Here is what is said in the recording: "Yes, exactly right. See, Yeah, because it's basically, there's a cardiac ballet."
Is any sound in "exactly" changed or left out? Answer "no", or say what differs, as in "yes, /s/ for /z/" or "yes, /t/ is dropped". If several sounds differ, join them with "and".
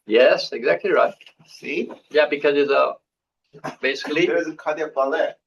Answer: no